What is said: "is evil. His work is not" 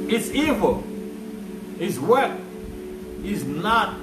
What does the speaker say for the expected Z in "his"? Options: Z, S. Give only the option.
S